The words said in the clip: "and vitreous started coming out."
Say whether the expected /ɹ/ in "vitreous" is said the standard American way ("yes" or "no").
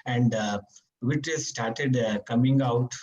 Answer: no